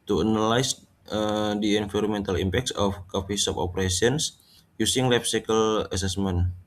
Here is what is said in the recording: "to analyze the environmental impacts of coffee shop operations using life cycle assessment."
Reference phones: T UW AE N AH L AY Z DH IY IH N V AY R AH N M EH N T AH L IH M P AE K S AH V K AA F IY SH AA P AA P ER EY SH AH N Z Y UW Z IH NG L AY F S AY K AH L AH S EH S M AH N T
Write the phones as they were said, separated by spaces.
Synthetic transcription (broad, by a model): T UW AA N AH L AY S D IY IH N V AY R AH M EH N T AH L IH M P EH K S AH F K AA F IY S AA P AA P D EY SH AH N S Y UW S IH NG L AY P S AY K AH L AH S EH S M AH N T